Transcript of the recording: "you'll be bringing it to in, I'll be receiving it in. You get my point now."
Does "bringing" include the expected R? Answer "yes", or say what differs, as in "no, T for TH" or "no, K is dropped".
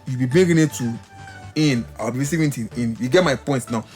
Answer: no, R is dropped